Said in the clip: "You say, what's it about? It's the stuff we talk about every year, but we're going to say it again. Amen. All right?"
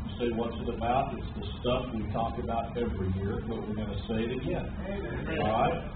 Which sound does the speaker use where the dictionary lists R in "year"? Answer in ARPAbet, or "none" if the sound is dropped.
R